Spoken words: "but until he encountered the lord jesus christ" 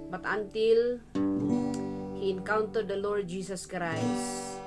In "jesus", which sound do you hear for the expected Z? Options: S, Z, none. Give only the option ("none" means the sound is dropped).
S